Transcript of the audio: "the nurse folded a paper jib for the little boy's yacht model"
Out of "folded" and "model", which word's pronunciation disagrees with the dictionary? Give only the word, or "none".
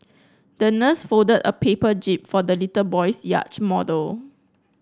folded